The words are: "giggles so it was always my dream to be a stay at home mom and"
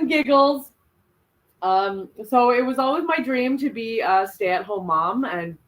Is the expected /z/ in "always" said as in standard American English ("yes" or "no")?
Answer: yes